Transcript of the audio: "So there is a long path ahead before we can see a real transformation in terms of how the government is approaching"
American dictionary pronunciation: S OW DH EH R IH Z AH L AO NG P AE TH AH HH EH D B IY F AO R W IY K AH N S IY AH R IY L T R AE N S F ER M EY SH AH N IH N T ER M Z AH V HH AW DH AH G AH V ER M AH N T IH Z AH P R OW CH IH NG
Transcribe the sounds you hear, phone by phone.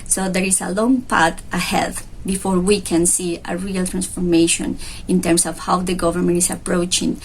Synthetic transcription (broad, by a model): S OW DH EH R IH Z AH L AO NG P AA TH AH HH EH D B IY F AO R W IY K AH N S IY AH R IY L T R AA N S F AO M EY SH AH N IH N T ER M S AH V HH AW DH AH G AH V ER M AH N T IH S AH P R OW CH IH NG